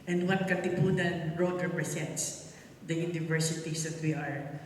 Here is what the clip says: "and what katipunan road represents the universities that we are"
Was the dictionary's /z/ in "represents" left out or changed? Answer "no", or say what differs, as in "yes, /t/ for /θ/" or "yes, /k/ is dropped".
yes, /s/ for /z/